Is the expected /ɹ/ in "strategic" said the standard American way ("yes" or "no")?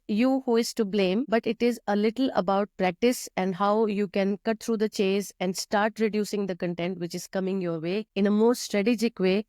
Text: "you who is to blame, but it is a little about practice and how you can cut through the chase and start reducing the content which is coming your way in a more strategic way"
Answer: yes